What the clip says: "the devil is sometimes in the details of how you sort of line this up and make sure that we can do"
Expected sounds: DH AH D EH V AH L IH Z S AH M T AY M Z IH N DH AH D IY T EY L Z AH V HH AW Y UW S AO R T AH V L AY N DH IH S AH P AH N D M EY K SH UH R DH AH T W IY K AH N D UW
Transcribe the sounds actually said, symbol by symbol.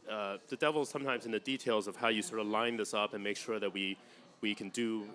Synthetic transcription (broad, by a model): DH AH D EH V L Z S AH M T AY M Z IH N DH AH D IY T EY L Z AH V HH AW Y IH S AO R T AH V L AY N DH IH S AH P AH N M EY K SH UH R DH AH T W IY K AH N D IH